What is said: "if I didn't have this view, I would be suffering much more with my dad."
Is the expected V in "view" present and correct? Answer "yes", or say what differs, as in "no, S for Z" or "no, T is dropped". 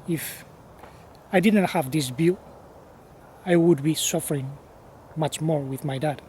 no, B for V